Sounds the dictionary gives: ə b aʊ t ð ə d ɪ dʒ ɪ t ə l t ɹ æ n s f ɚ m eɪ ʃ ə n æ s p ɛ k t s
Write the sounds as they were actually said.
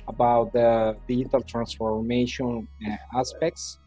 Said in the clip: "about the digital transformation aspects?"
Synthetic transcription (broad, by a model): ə b aʊ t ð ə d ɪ ɪ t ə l t ɹ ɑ n s f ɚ m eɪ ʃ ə n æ s p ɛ k t s